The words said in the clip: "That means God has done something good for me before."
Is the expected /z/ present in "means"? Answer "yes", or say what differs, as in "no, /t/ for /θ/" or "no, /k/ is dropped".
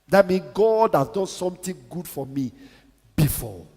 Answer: no, /z/ is dropped